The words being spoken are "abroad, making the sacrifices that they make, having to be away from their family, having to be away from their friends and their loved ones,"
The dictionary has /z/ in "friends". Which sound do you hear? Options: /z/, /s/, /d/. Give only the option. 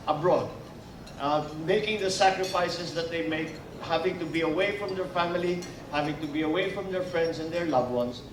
/s/